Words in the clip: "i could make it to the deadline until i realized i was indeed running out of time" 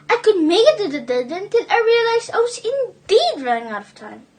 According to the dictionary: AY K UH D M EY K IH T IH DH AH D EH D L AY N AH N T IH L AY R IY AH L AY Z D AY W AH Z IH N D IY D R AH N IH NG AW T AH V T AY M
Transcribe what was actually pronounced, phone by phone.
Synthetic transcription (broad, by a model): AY K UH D M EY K IH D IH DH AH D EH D AH N T IH L AY R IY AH L AY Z AY W AH Z IH N D IY D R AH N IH NG AW T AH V T AY M